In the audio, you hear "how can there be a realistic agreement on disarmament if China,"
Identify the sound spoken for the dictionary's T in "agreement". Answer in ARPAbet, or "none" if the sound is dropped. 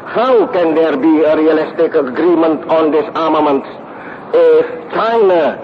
T